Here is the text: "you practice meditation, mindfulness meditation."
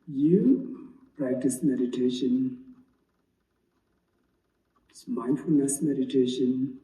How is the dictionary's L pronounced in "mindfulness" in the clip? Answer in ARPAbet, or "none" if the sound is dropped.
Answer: L